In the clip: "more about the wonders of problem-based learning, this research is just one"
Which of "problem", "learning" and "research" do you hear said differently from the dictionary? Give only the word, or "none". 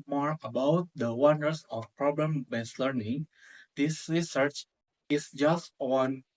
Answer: none